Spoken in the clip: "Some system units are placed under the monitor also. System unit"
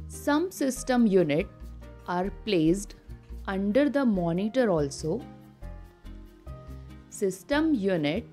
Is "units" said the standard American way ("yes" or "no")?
no